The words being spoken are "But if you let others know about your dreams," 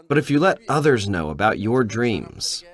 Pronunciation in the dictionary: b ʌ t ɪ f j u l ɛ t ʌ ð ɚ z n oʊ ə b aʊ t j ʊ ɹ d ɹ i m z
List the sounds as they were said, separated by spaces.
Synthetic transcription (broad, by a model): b ʌ t ɪ f j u l ɛ t ʌ ð ɚ z n oʊ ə b aʊ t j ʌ ɹ d ɹ i m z